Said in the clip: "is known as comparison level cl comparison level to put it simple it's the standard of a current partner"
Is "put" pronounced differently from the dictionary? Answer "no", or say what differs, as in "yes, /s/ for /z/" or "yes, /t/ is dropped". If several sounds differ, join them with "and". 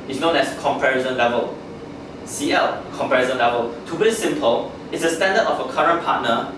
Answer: yes, /b/ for /p/